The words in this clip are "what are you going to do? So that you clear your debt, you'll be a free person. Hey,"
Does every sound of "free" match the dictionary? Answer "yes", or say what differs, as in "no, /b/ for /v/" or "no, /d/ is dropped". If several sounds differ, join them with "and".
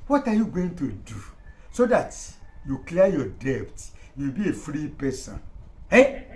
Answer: yes